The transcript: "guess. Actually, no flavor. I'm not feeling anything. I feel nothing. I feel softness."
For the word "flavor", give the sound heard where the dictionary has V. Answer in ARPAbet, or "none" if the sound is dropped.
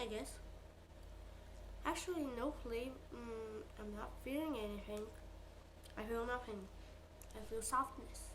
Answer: none